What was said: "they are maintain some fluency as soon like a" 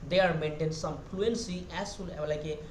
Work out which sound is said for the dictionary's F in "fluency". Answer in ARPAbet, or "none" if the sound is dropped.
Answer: P